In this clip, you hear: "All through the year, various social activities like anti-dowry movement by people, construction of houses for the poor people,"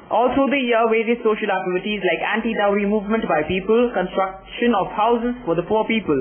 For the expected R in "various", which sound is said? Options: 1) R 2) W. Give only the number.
2